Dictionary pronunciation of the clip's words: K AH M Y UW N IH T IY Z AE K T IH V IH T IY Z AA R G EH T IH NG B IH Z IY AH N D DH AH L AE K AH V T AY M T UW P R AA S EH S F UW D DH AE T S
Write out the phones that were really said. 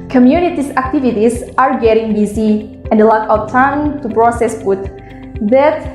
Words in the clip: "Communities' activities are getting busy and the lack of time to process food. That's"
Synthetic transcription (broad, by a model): K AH M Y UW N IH T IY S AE K T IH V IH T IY S AA R G EH T IH NG B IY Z IY AH N D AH L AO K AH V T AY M T UW P R AA S EH S P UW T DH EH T